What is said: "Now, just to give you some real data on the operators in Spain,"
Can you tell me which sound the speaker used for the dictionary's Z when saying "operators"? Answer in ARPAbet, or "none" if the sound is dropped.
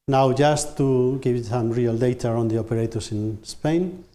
S